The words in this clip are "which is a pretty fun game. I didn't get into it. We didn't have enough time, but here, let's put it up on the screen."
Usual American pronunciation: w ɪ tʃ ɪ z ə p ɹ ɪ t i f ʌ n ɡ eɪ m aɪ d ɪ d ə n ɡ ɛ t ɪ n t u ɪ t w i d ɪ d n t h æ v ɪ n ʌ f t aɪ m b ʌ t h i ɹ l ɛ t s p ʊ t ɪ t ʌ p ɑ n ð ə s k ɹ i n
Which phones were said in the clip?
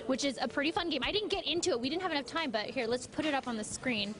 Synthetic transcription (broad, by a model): w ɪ tʃ ɪ z ə p ɹ ɪ t i f ʌ n ɡ eɪ m aɪ d ɪ d n ɡ ɛ t ɪ n t u ɪ t w i d ɪ d n t h æ v ɪ n ʌ f t aɪ m b ʌ t h i ɹ l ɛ t s p ʊ t ɪ t ʌ p n ð ə s k ɹ i n